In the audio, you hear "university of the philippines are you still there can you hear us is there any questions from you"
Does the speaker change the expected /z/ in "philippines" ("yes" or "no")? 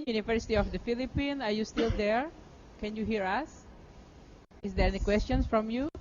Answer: yes